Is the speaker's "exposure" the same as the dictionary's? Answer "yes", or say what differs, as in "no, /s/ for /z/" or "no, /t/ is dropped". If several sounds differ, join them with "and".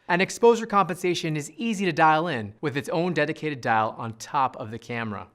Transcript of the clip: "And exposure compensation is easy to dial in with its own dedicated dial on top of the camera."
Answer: yes